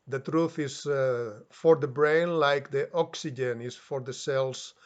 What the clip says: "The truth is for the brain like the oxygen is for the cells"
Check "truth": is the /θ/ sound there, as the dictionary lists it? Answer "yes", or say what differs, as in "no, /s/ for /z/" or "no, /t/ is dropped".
yes